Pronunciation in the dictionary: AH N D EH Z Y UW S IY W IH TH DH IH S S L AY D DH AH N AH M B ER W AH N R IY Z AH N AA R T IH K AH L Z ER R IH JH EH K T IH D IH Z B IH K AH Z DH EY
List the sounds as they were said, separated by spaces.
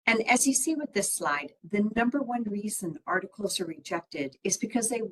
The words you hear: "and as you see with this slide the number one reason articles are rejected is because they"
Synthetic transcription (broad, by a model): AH N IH Z Y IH S IY W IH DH IH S S L AY D DH AH N AH M B ER W AH N R IY Z AH N AA R T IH K L Z ER R IH JH EH K T IH D IH Z B IH K AH Z DH EY